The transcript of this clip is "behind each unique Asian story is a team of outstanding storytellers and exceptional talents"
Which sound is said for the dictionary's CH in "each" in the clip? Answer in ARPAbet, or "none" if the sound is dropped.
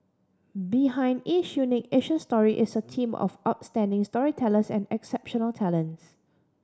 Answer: SH